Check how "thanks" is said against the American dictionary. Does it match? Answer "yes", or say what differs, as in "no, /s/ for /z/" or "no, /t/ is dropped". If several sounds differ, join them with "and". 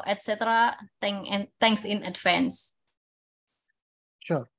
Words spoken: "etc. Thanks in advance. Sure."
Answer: no, /t/ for /θ/